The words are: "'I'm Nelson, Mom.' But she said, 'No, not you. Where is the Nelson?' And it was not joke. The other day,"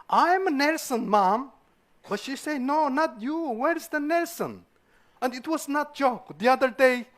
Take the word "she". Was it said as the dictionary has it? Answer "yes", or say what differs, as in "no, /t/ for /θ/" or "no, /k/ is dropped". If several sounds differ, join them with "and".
yes